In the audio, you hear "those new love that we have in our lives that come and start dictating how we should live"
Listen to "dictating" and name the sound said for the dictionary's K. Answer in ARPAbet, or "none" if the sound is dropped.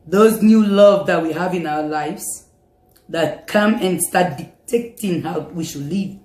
none